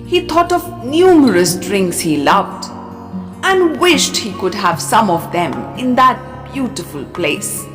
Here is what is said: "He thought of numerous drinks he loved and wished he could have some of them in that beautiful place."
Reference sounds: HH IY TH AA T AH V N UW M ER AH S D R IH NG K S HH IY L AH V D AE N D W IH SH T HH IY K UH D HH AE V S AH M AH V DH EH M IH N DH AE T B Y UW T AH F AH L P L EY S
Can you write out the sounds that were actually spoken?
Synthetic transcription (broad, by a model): HH IY T AA T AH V N UW M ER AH S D R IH NG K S HH IY L AH V D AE N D W IH SH T HH IY K UH D HH AE V S AH M AH V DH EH M IH N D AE T B Y UW T AH F AH L P L EY S